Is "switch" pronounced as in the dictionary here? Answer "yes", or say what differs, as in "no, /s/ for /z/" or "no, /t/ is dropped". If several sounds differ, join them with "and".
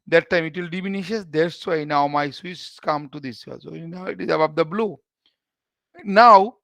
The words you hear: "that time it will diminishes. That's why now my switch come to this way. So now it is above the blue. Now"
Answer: no, /s/ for /tʃ/